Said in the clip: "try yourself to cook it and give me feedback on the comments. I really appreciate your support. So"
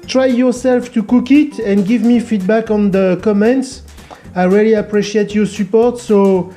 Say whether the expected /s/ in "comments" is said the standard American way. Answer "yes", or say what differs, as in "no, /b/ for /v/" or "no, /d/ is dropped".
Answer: yes